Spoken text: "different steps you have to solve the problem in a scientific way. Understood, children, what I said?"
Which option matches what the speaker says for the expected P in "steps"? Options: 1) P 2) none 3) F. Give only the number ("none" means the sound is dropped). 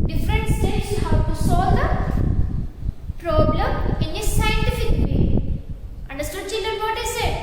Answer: 2